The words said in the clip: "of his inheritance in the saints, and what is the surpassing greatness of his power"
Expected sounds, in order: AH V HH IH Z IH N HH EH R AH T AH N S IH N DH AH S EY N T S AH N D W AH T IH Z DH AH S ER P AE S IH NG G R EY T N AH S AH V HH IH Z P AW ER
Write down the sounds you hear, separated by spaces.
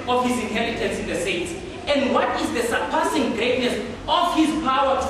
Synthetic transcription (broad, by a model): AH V HH IH Z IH N HH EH L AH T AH N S IH N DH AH S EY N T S AH N D W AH T IH Z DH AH S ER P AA S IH NG G R EY T N AH S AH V HH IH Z P AW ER